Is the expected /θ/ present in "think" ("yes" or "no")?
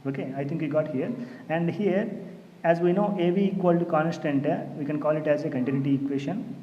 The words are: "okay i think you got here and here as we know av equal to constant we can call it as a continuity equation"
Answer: no